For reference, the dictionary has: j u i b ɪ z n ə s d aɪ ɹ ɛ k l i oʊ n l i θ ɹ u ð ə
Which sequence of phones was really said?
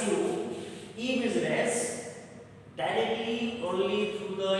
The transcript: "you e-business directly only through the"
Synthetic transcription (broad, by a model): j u i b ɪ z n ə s d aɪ ɹ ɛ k l i oʊ n l i t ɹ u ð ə